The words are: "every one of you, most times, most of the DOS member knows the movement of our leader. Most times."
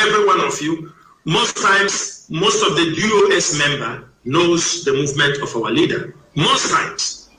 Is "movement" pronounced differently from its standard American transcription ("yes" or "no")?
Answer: no